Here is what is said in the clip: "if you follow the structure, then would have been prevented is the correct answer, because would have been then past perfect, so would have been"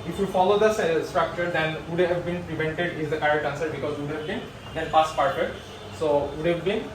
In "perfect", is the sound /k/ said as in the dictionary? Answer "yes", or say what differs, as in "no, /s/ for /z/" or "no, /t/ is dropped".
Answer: no, /k/ is dropped